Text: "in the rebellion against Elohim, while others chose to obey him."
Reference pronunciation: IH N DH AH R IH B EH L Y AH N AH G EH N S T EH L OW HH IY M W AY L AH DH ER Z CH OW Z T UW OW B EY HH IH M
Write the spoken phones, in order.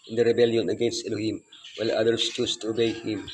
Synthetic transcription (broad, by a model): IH N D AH R IH B EH L Y AH N AH G EH N S T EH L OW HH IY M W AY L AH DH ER S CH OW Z T UW OW B EY HH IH M